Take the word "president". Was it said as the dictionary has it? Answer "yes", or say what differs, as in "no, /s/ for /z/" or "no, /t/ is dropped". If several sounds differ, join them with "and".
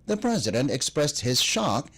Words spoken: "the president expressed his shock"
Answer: yes